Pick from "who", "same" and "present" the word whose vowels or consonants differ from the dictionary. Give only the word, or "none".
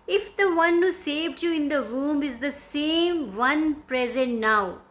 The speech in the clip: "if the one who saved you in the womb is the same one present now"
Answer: none